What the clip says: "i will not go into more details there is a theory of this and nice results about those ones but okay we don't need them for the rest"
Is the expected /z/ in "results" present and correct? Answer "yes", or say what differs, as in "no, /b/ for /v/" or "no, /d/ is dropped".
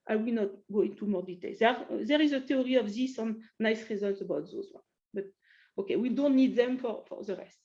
yes